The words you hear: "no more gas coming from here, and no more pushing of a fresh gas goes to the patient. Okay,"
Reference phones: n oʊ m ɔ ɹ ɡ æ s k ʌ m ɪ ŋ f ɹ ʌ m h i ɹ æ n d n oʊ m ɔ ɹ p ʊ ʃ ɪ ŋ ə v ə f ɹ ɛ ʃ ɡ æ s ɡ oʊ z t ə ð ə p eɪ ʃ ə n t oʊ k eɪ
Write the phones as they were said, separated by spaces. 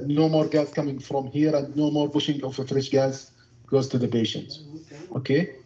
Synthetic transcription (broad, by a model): n oʊ m ɔ ɹ ɡ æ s k ʌ m ɪ ŋ f ɹ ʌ m h i ɹ æ n d n oʊ m ɔ ɹ b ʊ ʃ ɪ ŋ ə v ə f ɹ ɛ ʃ ɡ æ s ɡ oʊ z t ə ð ə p eɪ ʃ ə n t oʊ k eɪ